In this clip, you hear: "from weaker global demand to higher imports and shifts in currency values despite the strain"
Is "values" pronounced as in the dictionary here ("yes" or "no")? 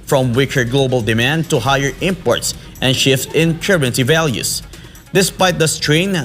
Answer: no